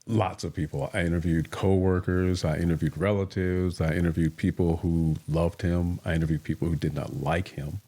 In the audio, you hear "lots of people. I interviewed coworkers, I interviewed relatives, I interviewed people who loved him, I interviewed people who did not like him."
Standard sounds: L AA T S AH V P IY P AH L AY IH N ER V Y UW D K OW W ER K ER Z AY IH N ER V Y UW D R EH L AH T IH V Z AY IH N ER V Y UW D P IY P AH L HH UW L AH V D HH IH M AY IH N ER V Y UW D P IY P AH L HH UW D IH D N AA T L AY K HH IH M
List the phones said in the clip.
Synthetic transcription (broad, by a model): L AA T S AH V P IY P L AY IH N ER V Y UW D K OW W ER K ER Z AY IH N ER V Y UW D R EH L AH T IH V Z AY IH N ER V Y UW D P IY P L HH UW L AH V D HH IH M AY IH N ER V Y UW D P IY P L HH UW D IH D N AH T L AY K HH IH M